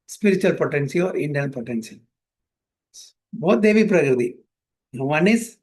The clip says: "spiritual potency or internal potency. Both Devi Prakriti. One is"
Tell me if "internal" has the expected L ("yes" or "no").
no